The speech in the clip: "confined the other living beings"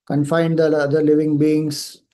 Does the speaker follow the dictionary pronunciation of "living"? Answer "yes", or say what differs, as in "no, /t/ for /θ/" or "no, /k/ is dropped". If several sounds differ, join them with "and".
yes